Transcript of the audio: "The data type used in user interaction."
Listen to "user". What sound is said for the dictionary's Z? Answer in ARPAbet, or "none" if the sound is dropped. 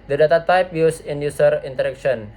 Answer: S